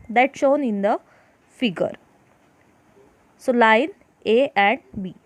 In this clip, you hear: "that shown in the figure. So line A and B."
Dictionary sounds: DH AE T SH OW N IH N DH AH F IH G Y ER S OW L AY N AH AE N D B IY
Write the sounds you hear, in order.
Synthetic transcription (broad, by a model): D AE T SH OW N IH N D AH F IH G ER S OW L AY N AH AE N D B IY